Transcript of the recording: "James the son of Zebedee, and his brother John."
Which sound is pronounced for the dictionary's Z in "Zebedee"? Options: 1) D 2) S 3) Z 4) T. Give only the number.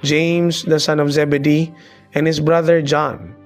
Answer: 3